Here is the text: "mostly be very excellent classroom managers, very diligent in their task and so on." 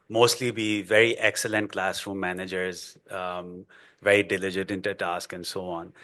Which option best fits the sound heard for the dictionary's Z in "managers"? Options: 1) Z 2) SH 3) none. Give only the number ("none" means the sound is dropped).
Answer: 1